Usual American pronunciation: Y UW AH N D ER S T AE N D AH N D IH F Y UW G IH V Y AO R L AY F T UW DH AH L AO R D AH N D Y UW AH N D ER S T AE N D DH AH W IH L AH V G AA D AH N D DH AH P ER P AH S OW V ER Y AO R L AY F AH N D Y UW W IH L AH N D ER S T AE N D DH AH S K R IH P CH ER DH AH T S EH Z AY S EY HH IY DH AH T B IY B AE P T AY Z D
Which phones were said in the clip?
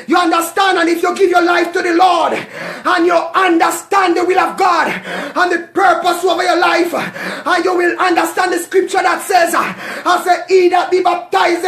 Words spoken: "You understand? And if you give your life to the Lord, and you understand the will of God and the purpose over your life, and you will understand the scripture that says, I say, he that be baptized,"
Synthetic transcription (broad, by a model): Y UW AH N D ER S T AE N D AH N IH F Y UW G IH V Y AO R L AY F T UW DH AH L AO R D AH N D Y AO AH N D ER S T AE N D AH W IH L AH V G AA D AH N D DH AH P ER P AH S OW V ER Y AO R L AY F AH N Y UW W IH L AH N D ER S T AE N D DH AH S K R IH P CH ER DH AH T S EH Z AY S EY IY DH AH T B IY B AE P T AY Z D